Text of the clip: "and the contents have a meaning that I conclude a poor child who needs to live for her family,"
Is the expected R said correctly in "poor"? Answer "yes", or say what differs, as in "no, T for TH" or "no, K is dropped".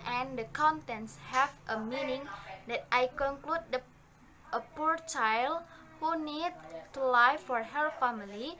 yes